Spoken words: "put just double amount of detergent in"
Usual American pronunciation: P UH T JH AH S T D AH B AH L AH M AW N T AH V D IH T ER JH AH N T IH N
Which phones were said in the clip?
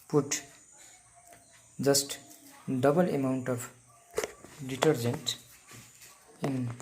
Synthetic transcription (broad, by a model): P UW T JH AH S T D AH B AH L AH M AW N T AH P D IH T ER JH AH N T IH N